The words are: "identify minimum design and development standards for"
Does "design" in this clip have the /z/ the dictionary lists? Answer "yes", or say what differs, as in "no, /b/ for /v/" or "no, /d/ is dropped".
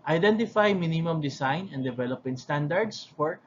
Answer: no, /s/ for /z/